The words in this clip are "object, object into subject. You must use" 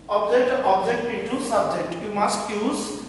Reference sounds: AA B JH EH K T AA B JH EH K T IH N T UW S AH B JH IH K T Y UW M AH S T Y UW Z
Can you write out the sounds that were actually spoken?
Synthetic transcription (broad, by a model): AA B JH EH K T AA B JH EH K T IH T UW S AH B JH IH K T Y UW M AH S T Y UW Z